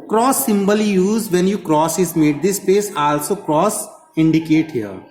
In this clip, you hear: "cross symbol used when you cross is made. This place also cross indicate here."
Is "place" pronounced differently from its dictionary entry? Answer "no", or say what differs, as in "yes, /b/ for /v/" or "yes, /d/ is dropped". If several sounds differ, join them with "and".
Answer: yes, /l/ is dropped